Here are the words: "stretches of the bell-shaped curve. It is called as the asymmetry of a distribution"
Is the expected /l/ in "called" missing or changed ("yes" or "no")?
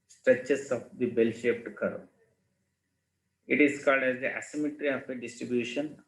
no